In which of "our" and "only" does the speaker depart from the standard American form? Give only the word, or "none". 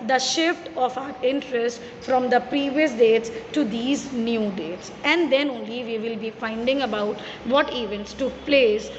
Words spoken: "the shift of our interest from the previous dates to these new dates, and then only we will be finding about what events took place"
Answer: none